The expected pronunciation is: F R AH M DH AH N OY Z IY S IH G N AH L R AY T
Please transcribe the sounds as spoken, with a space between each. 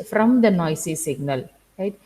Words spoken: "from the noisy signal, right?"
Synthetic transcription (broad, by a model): F R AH M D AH N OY S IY S IH G N AH L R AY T